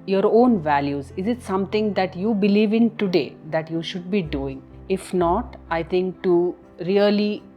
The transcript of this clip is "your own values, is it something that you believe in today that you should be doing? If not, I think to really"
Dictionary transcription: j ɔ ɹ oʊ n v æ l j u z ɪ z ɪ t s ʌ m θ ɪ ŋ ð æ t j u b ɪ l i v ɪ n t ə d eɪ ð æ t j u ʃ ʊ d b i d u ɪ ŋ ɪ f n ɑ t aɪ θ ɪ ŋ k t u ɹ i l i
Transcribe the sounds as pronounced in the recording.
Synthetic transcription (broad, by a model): j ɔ ɹ oʊ n v æ l j u z ɪ z ɪ t s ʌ m t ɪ ŋ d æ t j u b ɪ l i v ɪ n t ə d eɪ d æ t j u ʃ ʊ d b i d u ɪ ŋ ɪ f n ɑ t aɪ t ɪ ŋ k t u ɹ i l i